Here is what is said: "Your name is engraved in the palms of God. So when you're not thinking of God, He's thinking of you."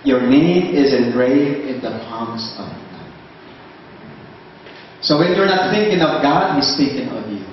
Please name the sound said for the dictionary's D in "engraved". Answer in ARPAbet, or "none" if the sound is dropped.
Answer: none